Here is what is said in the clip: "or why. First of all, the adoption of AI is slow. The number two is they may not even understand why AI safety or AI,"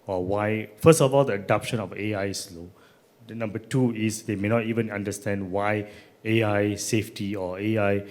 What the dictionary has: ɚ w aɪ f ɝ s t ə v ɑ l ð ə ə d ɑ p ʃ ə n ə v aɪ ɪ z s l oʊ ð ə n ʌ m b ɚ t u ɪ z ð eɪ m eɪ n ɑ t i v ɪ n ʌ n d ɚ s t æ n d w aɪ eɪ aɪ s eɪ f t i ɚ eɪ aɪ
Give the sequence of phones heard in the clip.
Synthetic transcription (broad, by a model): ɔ w aɪ f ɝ s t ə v ɑ l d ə ə d ɑ p ʃ ə n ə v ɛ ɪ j s l oʊ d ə n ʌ m b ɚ t u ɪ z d eɪ m eɪ n ɑ t i v ɪ n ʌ n d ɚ s t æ n d w aɪ eɪ aɪ s eɪ f t i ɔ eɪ aɪ